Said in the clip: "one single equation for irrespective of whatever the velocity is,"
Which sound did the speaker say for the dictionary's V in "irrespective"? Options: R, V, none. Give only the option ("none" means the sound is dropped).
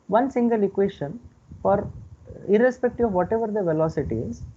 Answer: none